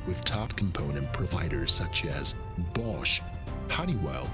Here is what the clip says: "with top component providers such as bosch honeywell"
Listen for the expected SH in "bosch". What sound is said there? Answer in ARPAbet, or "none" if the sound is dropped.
SH